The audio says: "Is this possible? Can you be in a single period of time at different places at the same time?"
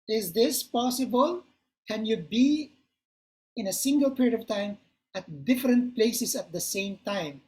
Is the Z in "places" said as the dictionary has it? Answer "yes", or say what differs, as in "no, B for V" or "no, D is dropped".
no, S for Z